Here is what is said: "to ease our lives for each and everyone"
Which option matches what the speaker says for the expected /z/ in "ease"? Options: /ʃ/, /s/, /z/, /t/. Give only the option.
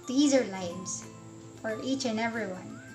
/z/